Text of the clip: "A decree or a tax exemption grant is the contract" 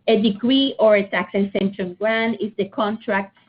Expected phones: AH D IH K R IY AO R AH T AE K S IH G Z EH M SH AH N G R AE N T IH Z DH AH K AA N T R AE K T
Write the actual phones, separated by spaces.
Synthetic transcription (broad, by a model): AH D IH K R IY AO R AH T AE K S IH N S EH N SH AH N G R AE N IH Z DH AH K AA N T R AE K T